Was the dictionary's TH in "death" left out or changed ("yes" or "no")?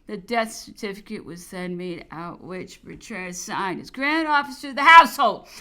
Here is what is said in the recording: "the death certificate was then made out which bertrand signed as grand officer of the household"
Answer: no